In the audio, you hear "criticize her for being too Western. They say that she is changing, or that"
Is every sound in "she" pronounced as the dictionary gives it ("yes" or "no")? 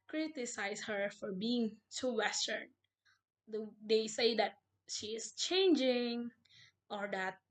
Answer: yes